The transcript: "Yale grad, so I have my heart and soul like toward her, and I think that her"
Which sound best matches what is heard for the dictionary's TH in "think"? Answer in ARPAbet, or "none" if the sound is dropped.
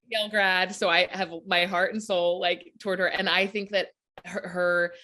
TH